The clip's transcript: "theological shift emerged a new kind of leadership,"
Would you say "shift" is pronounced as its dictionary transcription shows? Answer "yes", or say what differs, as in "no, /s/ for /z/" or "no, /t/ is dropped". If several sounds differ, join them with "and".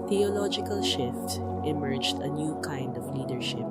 yes